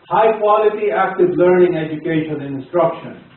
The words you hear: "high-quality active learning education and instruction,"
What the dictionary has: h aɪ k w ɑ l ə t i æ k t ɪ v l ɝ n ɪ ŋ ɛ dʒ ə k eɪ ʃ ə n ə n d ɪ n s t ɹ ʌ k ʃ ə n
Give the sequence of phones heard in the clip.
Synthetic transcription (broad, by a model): h aɪ k w ɑ l ə t i æ k t ɪ v l ɝ n ɪ ŋ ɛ dʒ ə k eɪ ə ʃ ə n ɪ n s t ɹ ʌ k ʃ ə n